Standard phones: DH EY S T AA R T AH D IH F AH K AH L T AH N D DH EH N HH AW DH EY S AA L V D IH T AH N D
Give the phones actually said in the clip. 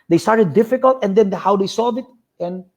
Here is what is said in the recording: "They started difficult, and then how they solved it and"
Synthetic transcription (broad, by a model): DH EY S T AA R T AH D IH F AH K AH L T AH N D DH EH N HH AW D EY S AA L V IH T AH N